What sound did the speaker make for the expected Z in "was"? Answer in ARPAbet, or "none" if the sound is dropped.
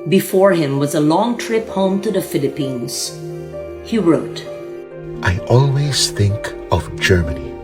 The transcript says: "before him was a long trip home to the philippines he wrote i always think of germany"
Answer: Z